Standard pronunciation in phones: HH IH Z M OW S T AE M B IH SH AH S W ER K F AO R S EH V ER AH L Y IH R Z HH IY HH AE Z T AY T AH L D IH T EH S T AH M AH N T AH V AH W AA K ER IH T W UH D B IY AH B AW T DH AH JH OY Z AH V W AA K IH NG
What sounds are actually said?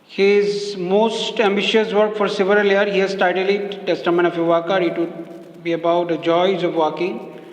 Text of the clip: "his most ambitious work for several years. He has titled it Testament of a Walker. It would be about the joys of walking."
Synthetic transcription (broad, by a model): HH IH Z M OW S T AE M B IH SH AH S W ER K F AO R S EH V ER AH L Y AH R HH IY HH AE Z T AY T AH L IH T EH S T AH M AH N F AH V AH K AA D IH T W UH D B IY AH B AW T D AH JH OY Z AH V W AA K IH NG